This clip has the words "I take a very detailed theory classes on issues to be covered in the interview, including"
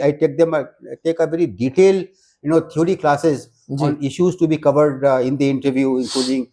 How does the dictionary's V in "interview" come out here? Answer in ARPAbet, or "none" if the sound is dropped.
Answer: V